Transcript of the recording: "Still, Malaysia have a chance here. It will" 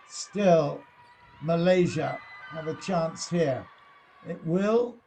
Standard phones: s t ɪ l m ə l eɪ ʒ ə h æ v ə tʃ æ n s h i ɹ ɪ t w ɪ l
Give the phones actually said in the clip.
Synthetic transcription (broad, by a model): s t ɪ l m ə l eɪ ʒ ə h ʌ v ə tʃ æ n s h i ɹ ɪ t w ɪ l